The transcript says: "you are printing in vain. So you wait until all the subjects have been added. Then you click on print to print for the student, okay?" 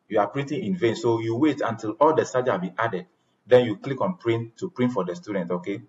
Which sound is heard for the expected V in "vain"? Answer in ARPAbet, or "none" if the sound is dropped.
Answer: V